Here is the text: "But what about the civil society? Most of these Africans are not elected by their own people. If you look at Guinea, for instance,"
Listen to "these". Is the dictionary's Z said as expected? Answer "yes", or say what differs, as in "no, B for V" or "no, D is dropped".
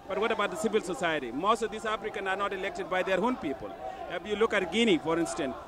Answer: no, S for Z